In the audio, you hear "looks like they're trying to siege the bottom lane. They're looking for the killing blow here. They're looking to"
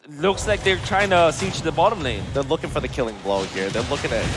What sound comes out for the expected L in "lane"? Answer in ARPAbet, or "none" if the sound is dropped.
N